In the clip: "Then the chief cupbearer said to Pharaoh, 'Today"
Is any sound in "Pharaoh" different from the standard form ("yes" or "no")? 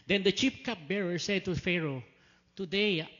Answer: no